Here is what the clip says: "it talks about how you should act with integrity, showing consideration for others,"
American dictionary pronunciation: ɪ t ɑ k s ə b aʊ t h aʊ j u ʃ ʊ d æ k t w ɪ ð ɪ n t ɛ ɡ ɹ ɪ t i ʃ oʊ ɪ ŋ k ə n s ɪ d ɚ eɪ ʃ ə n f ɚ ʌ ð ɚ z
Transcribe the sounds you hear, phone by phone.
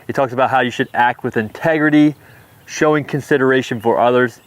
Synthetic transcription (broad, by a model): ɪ t ɑ k s ə b aʊ t h aʊ j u ʃ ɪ d æ k t w ɪ ð ɪ n t ɛ ɡ ɹ ɪ t i ʃ oʊ ɪ ŋ k ə n s ɪ d ɚ eɪ ʃ ə n f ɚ ʌ ð ɚ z